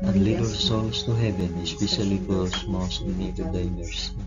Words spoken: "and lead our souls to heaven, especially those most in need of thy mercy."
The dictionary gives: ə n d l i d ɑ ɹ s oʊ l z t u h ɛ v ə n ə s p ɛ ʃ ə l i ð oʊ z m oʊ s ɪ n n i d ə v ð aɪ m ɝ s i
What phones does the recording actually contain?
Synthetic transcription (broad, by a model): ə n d l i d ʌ l s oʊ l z t u h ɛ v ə n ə s p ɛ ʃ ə l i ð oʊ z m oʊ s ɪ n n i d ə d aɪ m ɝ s